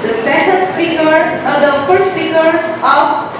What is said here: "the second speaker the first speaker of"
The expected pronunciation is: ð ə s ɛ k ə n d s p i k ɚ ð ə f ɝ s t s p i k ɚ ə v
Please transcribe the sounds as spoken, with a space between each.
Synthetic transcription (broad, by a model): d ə s ɛ k ə n d s p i k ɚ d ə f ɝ t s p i k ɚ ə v